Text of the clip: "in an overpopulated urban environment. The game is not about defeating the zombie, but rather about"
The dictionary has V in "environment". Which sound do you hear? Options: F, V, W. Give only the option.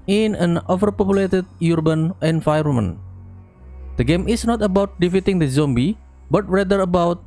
F